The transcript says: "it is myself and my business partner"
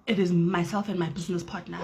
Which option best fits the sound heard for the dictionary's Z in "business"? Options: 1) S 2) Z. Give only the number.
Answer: 2